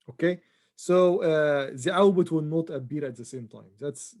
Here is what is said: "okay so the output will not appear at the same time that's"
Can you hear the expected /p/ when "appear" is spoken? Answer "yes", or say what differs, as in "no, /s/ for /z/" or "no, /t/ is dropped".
no, /b/ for /p/